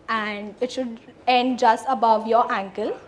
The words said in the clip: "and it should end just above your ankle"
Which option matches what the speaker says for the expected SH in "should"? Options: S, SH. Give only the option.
SH